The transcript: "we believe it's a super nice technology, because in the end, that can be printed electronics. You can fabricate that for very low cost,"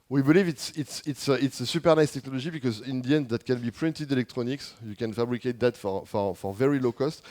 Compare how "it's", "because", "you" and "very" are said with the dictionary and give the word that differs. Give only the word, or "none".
none